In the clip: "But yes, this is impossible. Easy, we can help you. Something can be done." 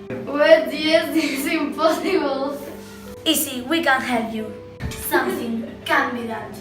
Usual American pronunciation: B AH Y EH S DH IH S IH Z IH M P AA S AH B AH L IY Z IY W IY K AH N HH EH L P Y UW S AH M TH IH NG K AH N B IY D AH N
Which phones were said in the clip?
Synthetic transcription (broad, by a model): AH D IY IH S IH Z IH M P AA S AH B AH L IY S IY W IY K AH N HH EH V Y UW S AH M TH IH NG K AH N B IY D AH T